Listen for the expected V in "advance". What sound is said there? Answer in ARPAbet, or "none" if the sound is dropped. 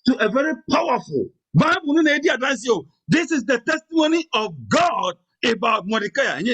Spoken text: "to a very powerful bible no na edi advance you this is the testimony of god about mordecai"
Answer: none